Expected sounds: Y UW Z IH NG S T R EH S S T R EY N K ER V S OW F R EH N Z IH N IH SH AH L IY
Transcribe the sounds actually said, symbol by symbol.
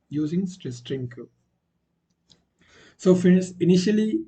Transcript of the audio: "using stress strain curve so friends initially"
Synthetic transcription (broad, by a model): Y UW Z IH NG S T EH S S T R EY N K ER S OW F IY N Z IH N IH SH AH L IY